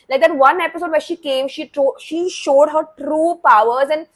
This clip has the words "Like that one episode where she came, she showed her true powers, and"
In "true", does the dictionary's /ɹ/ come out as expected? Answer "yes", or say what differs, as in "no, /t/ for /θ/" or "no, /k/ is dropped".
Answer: yes